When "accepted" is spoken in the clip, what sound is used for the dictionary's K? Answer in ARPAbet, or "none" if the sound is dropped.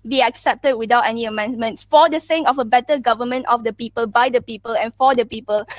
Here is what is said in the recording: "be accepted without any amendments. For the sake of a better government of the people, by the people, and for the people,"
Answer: K